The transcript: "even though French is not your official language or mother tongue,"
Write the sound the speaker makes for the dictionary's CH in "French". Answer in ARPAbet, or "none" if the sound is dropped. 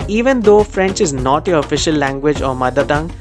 CH